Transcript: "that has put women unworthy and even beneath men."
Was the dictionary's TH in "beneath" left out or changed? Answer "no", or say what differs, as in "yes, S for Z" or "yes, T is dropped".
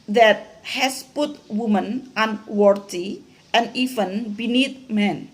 yes, T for TH